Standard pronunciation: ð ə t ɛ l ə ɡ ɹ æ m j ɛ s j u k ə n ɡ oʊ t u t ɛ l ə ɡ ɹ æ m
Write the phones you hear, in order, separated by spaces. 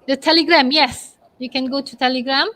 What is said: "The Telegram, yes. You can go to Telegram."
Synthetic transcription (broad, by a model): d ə t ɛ l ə ɡ ɹ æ m j ɛ s j u k ə n ɡ oʊ t u t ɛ l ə ɡ ɹ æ m